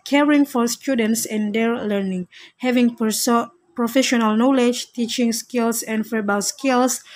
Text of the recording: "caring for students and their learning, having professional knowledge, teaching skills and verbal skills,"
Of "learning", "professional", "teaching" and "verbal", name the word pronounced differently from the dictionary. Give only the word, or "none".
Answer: verbal